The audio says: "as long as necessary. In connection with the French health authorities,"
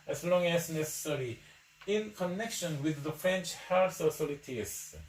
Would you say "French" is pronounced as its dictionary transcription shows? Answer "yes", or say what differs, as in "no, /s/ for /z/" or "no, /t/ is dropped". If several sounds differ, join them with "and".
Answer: yes